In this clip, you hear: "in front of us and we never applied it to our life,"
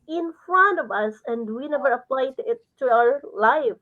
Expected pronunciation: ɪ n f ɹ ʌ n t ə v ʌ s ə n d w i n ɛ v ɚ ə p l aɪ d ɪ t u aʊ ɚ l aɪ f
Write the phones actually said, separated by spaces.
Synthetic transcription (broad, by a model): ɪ n f ɹ ʌ n t ə v ʌ s ə n d w i n ɛ v ɚ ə p l aɪ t ɪ t u aʊ ɚ l aɪ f